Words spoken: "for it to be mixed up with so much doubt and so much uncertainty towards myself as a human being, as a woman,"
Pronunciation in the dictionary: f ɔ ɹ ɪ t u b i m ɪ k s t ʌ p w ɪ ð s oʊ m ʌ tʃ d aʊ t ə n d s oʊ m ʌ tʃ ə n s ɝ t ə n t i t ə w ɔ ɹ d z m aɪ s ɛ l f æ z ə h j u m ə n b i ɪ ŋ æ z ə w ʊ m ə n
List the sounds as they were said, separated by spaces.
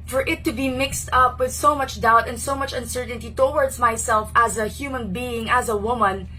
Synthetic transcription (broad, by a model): f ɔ ɹ ɪ t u b i m ɪ k s t ʌ p w ɪ ð s oʊ m ʌ tʃ d aʊ t ə n d s oʊ m ʌ tʃ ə n s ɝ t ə n t i t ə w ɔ ɹ d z m aɪ s ɛ l f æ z ə h j u m ə n b i ɪ ŋ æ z ə w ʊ m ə n